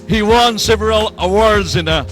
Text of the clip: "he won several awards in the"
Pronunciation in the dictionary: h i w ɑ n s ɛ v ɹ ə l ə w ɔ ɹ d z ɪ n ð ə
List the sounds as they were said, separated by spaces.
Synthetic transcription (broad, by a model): h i w ɑ n s ɛ v ɹ ə l ə w ɔ ɹ d z ɪ n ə